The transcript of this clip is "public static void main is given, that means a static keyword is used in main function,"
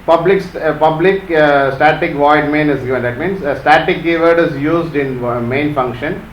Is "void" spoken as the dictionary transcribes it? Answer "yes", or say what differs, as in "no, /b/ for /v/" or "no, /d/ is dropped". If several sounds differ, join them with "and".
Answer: yes